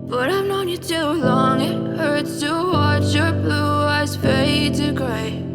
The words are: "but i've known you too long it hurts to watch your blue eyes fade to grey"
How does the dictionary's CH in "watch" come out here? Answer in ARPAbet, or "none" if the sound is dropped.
CH